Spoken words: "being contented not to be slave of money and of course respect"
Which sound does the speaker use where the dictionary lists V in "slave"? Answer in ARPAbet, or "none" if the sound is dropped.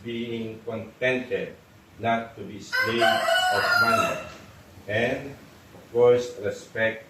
none